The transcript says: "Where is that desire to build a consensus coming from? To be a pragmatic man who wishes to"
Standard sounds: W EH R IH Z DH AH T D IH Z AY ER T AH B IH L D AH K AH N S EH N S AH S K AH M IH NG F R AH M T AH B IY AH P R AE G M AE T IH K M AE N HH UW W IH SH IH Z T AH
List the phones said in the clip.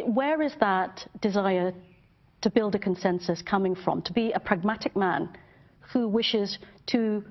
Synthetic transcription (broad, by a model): W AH R IH Z DH AH T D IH Z AY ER T AH B IH L D AH K AH N S EH N S AH S K AH M IH NG F R AH M T AH B IY AH P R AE G M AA T IH K M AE N HH UW W IH SH IH Z T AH